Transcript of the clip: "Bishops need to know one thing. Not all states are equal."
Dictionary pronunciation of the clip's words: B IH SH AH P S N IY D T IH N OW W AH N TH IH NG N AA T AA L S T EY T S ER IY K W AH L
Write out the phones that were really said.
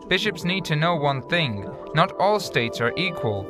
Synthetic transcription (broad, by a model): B IH SH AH P S N IY D T IH N OW W AH N TH IH NG N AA T AA L S T EY T S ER IY K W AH L